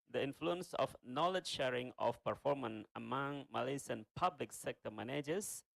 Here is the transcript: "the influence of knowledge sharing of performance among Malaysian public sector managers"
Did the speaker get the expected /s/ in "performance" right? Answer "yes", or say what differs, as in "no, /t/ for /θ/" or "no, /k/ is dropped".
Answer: no, /s/ is dropped